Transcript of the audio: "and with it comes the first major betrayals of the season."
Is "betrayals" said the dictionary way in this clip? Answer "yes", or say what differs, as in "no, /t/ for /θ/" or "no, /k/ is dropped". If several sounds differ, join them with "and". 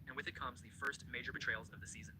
yes